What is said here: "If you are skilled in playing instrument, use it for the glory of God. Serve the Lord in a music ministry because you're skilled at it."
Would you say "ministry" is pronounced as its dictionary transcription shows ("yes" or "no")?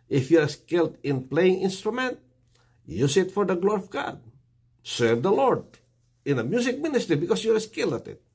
yes